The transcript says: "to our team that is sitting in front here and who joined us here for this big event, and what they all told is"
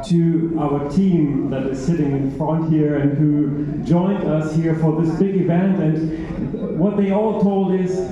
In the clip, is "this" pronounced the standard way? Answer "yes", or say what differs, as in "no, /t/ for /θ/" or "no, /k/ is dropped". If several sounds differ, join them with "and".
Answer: yes